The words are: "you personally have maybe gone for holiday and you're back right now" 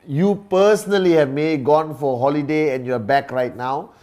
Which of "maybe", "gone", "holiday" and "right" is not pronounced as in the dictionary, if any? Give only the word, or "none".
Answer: maybe